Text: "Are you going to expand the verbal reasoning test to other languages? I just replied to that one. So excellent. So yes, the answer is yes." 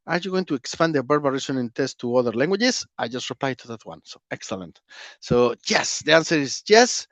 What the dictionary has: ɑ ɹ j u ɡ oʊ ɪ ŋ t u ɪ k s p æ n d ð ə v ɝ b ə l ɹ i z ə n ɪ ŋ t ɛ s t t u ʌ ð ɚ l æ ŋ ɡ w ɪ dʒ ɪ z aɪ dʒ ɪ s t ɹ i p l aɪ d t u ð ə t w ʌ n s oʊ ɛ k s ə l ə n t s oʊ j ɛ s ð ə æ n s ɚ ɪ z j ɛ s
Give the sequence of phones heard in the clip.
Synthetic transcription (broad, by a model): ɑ ɹ j u ɡ oʊ ɪ ŋ t u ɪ k s p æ n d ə b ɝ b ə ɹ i s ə n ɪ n t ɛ s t t u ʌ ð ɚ l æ ŋ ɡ w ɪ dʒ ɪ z aɪ dʒ ɪ s t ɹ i p l aɪ t u ð ə t w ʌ n s oʊ ɛ k s ə l ə n t s oʊ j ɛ s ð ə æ n s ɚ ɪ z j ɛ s